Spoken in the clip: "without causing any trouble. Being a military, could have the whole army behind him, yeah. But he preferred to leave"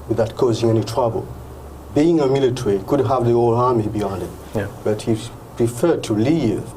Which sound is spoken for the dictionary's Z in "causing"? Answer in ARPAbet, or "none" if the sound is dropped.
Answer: Z